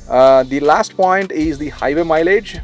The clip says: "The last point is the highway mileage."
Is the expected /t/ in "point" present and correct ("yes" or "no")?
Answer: yes